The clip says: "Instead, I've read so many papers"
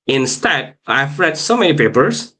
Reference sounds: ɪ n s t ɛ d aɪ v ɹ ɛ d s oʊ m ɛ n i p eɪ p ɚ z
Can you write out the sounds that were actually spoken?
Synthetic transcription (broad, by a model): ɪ n s t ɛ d aɪ f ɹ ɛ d s oʊ m ɛ n i p eɪ p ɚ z